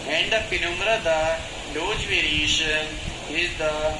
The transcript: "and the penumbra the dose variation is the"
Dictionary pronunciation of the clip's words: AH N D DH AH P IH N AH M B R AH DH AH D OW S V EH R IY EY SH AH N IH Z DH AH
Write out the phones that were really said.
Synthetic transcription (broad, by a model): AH N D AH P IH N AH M R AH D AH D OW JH V EH R IY EY SH AH N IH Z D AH